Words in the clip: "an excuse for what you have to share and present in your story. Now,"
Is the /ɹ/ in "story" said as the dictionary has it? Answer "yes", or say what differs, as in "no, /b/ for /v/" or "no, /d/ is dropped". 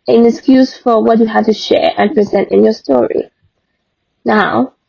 yes